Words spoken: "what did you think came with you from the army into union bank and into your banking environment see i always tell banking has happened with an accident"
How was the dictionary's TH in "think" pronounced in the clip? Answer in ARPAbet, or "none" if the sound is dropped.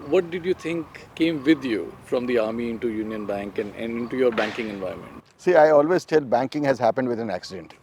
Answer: T